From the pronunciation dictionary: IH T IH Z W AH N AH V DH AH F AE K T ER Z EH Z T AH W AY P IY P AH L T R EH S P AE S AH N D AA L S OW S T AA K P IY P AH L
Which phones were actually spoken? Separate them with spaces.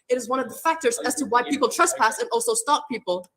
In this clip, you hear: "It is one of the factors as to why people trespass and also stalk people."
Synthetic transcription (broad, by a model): IH T IH Z W AH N AH V DH AH F AE K T ER Z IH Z T AH W AY P IY P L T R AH S P AE S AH N AA L S OW S T AA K P IY P L